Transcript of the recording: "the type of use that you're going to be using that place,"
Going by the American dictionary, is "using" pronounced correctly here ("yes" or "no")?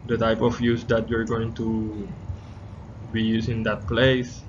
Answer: no